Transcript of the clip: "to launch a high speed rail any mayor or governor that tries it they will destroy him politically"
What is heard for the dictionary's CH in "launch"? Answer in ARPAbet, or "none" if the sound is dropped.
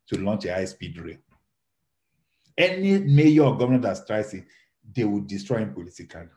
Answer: CH